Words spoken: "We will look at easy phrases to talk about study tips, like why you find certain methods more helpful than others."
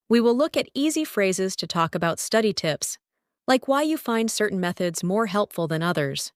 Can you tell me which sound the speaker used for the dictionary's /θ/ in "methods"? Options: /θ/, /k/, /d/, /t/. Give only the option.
/θ/